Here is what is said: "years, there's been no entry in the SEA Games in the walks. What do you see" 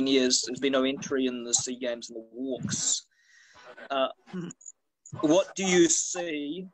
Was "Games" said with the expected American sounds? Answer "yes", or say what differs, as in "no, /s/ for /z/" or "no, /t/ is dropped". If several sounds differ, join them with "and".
yes